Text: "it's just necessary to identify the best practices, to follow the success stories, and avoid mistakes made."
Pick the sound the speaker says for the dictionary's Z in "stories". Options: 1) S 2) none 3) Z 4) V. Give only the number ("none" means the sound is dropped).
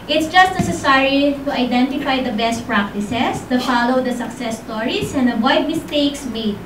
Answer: 1